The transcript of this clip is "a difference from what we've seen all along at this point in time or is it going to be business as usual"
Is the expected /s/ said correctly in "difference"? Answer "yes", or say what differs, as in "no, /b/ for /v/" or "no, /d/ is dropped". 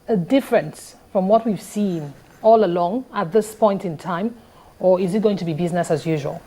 yes